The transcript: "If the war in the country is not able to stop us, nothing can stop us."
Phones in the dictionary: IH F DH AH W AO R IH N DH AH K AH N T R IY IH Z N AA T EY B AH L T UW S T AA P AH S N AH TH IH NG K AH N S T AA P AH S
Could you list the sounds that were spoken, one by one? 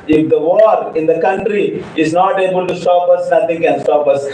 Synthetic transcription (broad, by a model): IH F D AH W AO R IH N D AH K AH N T R IY IH Z N AA T EY B AH L T UW S T AA P AH S N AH T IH NG K AH N S T AA P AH S